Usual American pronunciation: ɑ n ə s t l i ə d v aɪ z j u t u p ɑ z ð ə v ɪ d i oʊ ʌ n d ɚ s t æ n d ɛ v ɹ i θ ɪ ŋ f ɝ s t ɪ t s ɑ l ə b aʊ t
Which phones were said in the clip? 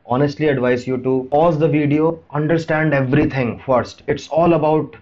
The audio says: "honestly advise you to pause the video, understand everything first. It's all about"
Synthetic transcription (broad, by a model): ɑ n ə s t l i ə d v aɪ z j u t u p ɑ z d ə v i d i oʊ ʌ n d ɚ s t æ n d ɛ v ɹ i t ɪ ŋ f ɝ s t ɪ t s ɑ l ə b aʊ t